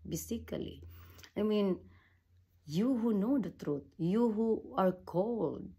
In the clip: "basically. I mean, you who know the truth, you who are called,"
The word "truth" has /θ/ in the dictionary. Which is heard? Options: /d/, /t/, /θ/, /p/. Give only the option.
/t/